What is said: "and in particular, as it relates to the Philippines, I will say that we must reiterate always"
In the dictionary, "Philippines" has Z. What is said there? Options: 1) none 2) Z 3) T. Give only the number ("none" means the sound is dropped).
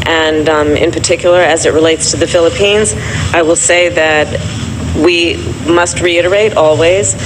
2